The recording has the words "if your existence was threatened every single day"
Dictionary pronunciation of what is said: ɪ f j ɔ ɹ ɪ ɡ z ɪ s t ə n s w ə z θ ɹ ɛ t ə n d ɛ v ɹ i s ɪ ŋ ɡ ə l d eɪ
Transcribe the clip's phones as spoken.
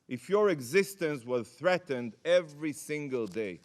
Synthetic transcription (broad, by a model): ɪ f j ɔ ɹ ɪ ɡ z ɪ s t ə n s w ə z θ ɹ ɛ t ə n d ɛ v ɹ i s ɪ ŋ ɡ ə l d eɪ